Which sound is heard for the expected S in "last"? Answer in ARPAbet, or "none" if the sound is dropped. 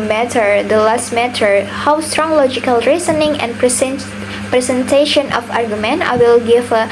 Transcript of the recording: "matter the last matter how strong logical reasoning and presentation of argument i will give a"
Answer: S